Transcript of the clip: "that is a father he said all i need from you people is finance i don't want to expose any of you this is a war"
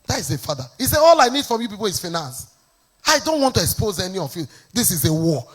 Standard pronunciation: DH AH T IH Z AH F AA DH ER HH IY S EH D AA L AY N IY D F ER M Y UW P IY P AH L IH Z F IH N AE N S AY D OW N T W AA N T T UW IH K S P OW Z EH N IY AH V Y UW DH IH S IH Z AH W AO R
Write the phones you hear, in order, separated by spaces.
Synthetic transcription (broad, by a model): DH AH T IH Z AH F AA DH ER HH IY S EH AA L AY N IY D F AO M Y UW P IY P AH L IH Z F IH N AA S AY D OW N T W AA N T T UW IH K S P OW Z EH N IY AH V Y UW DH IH S IH Z AH W AO